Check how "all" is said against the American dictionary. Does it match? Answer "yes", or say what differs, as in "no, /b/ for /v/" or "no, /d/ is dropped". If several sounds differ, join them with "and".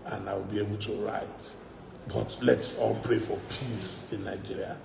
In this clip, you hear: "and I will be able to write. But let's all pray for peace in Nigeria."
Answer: no, /n/ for /l/